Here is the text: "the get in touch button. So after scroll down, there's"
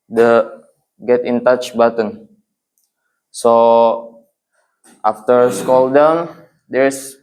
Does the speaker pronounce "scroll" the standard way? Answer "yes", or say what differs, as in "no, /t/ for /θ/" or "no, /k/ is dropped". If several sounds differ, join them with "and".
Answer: no, /ɹ/ is dropped